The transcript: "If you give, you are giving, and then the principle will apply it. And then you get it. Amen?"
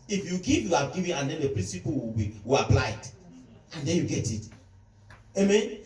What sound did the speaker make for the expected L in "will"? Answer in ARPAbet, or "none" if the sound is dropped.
W